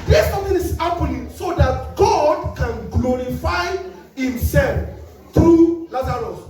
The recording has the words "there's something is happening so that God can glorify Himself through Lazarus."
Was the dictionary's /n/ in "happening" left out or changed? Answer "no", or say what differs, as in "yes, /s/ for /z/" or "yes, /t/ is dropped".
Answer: yes, /l/ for /n/